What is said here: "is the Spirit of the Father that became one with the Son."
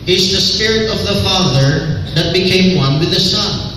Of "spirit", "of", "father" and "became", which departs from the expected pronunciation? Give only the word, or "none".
none